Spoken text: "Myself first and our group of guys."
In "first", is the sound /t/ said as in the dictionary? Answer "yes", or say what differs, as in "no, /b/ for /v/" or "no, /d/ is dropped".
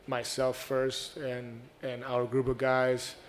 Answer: yes